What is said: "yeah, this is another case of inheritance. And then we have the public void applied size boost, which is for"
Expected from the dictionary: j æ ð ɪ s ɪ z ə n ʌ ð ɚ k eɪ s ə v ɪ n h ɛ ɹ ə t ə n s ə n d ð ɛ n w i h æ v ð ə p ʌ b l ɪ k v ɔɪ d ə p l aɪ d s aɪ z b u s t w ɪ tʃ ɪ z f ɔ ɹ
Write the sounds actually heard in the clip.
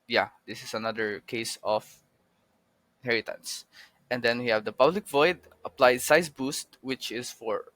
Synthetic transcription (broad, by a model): j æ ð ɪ s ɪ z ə n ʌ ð ɚ k eɪ ə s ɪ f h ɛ ɹ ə t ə n s ə n d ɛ n w i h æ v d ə p ʌ b l ɪ k v ɔɪ d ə p l aɪ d s aɪ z b u s t w ɪ tʃ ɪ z f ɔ ɹ